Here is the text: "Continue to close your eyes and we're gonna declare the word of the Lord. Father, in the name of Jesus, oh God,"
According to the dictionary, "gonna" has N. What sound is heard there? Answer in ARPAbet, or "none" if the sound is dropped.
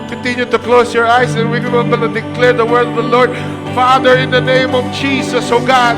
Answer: L